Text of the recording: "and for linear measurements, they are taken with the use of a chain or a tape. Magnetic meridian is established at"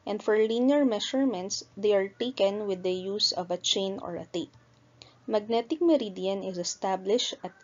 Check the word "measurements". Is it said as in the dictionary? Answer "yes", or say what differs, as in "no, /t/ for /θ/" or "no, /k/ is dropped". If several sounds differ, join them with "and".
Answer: no, /ʃ/ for /ʒ/